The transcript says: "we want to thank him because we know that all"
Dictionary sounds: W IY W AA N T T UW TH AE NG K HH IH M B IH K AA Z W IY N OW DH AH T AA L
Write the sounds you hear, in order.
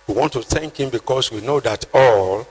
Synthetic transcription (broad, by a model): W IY W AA N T T UW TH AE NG K HH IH M B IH K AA S W IY N OW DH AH T AA L